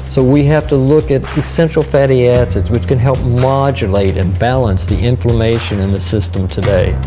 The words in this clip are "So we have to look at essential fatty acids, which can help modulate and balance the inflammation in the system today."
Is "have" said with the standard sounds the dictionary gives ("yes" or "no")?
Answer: no